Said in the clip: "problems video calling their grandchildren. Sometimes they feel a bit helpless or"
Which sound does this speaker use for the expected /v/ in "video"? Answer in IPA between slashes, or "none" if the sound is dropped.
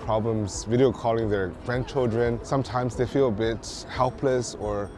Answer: /v/